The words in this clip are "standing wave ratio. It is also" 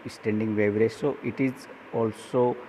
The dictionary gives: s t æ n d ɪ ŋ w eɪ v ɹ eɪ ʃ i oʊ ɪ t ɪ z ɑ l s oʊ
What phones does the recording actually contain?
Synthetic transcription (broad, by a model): s t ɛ n d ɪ ŋ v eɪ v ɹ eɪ s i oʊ ɪ t ɪ z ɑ l s oʊ